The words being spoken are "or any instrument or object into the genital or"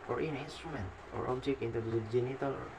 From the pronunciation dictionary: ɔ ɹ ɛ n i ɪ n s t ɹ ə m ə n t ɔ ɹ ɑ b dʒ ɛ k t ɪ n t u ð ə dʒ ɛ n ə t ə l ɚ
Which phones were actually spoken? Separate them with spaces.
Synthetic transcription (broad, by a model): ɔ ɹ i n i n s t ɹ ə m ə n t ɔ ɹ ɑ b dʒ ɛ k ɪ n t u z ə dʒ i n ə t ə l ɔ